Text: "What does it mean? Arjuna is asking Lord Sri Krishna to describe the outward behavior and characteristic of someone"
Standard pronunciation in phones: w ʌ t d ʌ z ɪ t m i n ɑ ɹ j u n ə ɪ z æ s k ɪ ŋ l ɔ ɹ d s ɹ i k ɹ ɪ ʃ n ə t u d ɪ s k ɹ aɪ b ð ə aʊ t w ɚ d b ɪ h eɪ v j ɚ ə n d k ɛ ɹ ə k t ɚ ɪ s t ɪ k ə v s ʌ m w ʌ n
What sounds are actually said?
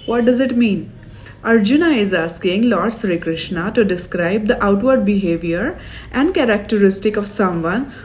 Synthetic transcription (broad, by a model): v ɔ t d ʌ z ɪ t m i n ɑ ɹ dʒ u n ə ɪ z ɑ s k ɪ ŋ l ɔ ɹ d s ɹ i k ɹ ɪ ʃ n ə t u d ɪ s k ɹ aɪ b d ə aʊ t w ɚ d b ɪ h eɪ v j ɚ ə n d k ɛ ɹ ə k t ɚ ɪ s t ɪ k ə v s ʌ m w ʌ n